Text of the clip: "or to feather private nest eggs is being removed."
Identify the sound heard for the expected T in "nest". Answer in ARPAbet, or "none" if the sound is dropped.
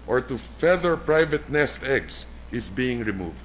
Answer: T